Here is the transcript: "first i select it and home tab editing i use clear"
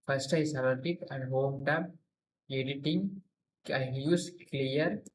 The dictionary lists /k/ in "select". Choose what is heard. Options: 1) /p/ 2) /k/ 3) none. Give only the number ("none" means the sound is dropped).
3